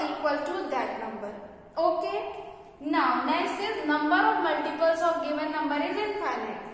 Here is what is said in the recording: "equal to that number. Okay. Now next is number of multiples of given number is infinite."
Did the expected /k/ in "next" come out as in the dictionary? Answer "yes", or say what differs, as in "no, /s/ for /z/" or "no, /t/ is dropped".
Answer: no, /k/ is dropped